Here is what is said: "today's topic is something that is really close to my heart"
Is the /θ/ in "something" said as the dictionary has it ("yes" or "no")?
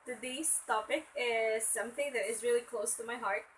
yes